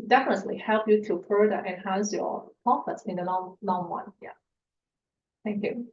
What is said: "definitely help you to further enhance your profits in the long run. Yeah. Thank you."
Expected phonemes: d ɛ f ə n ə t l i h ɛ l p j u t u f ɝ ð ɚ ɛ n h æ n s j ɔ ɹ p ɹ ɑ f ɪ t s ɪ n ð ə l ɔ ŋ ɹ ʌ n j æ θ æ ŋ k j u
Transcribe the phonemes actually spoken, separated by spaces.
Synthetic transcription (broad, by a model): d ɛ f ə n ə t l i h ɛ l p j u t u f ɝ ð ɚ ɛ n h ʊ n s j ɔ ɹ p ɑ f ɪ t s ɪ n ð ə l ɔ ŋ w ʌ n j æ θ æ ŋ k j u